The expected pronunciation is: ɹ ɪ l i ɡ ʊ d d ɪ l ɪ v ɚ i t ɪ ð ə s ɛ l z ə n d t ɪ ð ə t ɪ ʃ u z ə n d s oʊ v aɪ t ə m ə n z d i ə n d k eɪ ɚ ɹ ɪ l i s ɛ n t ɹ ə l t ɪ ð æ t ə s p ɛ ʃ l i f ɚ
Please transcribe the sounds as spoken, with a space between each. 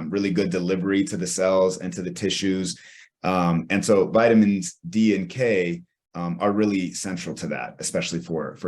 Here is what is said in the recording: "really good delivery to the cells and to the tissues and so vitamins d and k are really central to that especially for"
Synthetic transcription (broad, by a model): ɹ ɪ l i ɡ ʊ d d ɪ l ɪ v ɚ i t ɪ ð ə s ɛ l z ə n t ɪ ð ə t ɪ ʃ u z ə n s oʊ v aɪ t ə m ə n z d i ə n k eɪ ɚ ɹ ɪ l i s ɛ n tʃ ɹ l t ɪ ð æ t ə s p ɛ ʃ l i f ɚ